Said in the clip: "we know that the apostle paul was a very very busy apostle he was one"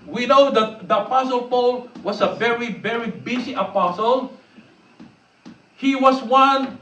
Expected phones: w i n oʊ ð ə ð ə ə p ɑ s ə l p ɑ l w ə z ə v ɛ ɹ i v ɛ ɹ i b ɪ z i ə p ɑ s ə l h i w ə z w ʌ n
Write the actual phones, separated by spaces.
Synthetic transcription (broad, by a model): w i n oʊ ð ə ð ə ə p ɑ s ə l p ɑ l w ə s ə v ɛ ɹ i v ɛ ɹ i b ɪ s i ə p ɑ s ə l h i w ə s w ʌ n